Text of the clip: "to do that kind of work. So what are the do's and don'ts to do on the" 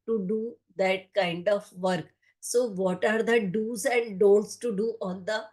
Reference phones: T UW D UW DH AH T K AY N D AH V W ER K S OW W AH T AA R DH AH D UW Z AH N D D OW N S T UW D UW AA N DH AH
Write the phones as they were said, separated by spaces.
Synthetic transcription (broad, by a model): T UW D UW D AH T K AY N D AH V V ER K S OW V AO T AA R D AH D UW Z AH N D D OW L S T UW D UW AA N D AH